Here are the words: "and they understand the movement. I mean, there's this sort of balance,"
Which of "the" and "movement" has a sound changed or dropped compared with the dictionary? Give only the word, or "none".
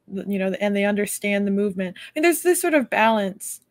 none